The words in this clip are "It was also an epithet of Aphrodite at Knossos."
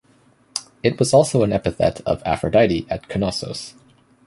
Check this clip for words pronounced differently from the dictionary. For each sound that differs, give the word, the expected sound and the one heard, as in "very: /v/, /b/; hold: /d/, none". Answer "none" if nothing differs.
none